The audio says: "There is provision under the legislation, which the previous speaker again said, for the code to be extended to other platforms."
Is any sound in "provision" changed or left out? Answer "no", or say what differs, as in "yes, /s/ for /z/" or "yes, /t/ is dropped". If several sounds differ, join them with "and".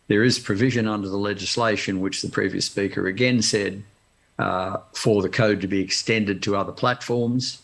no